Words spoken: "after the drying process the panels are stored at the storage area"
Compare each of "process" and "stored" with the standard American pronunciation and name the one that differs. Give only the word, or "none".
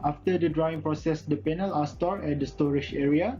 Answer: stored